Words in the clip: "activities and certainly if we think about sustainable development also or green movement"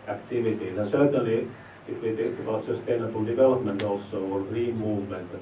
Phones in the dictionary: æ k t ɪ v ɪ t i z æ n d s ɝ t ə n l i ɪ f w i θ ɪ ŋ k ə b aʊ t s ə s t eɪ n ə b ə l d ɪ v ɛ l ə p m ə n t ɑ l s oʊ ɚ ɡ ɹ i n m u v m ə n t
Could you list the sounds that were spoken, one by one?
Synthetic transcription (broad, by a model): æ k t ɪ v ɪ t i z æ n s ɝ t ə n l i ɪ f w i t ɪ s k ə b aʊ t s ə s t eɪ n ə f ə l d ɪ v ɛ l ə p m ə n t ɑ s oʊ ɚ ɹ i m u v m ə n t